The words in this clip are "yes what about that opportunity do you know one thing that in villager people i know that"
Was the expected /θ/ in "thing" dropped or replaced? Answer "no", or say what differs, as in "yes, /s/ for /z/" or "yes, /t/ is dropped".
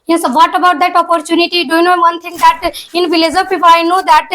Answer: yes, /t/ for /θ/